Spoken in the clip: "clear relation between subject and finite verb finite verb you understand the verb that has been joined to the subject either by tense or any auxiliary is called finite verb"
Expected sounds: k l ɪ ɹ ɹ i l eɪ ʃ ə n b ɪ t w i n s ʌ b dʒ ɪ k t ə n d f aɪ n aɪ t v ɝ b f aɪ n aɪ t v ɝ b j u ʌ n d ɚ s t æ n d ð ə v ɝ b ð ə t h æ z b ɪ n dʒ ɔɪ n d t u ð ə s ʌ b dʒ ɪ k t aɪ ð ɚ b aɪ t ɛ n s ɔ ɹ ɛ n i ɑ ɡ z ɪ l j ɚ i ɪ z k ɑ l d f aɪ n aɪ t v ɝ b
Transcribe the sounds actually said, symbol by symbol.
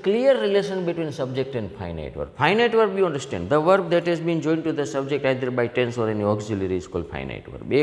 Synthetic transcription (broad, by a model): k l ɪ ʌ ɹ i l eɪ ʃ ə n b ɪ t w i n s ʌ b dʒ ɪ k t ə n d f aɪ n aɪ t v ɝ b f aɪ n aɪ t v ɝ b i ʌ n d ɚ s t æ n d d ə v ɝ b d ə t h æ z b ɪ n dʒ ɔɪ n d t u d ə s ʌ b dʒ ɪ k t aɪ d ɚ b aɪ t ɛ n s ɔ ɹ ɛ n i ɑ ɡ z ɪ l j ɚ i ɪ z k ɑ l d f aɪ n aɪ t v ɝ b